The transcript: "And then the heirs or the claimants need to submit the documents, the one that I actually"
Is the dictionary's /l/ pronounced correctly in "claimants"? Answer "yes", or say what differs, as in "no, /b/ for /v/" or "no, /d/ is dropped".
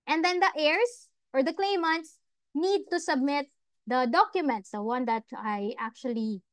yes